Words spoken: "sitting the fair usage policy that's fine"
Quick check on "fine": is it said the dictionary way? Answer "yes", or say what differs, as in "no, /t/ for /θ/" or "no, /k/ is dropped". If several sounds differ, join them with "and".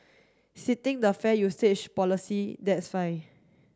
no, /n/ is dropped